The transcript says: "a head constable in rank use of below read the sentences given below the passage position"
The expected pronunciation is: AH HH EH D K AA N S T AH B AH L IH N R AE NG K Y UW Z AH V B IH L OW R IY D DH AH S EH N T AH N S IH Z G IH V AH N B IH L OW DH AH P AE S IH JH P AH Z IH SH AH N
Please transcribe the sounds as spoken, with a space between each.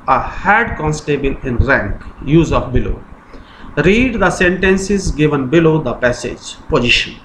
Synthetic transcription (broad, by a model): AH HH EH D K AA N S T AH B AH L IH N R AE NG K Y UW Z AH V B IH L OW R IY D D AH S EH N T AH N S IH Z G IH V AH N B IH L OW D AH P AE S IH JH P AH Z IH SH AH N